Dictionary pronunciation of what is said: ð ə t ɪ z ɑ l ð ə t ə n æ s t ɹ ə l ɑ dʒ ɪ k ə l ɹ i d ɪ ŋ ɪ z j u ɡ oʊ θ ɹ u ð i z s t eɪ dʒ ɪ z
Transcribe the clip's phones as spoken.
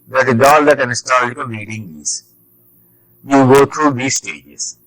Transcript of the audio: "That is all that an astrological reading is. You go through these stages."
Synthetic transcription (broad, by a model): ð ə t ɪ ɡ ɑ l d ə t ə n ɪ s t ə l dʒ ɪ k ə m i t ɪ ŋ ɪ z j u ɡ oʊ t ɹ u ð i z s t eɪ dʒ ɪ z